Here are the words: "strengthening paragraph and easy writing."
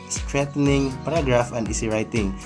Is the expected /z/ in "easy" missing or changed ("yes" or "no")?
yes